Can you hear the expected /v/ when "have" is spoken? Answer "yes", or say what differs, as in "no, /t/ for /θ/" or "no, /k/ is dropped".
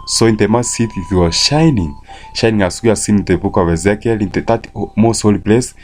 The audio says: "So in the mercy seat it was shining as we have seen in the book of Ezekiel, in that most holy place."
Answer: no, /w/ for /v/